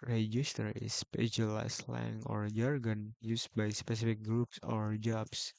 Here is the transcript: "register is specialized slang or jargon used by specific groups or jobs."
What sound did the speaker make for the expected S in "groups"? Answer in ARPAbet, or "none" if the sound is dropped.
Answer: S